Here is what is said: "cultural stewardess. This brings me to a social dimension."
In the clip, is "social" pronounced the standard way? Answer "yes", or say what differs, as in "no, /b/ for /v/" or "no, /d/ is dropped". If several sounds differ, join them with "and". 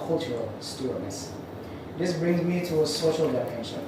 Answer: yes